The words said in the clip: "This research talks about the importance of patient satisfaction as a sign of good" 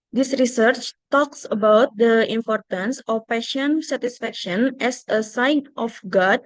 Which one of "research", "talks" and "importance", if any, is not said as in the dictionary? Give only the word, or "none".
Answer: none